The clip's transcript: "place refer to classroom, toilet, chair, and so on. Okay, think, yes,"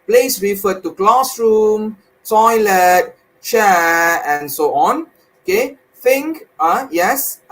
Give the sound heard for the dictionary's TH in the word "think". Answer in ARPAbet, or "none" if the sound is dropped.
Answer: F